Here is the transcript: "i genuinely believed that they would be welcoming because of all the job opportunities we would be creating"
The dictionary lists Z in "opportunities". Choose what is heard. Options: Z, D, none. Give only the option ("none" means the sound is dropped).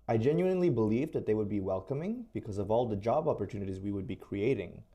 Z